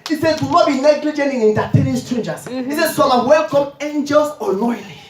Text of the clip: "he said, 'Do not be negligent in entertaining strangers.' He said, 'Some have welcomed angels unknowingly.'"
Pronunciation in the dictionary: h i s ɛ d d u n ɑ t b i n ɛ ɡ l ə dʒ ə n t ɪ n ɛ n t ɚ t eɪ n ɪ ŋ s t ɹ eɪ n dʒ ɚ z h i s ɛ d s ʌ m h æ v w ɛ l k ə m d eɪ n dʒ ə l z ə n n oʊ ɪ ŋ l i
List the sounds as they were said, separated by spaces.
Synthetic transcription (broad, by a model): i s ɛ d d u n ɑ t b i n ɛ ɡ l ə dʒ ə n t ɪ n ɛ n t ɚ t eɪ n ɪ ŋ s t ɹ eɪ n dʒ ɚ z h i s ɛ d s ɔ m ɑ w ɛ l k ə m eɪ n dʒ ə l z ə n n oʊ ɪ l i